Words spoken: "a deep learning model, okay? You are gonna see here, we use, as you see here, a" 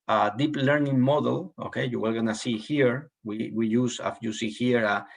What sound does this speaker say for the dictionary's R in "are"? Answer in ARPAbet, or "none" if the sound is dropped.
L